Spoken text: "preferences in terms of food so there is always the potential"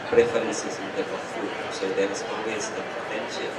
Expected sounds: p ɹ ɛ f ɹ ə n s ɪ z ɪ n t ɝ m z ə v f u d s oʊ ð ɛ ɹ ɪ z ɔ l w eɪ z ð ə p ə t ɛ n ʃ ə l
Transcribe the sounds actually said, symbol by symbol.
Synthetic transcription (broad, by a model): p ɹ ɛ f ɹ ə n s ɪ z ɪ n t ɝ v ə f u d s oʊ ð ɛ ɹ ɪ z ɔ w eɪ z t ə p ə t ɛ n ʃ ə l